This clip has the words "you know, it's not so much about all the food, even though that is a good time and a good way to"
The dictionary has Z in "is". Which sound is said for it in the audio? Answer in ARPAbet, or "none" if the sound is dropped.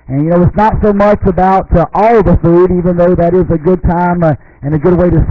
Z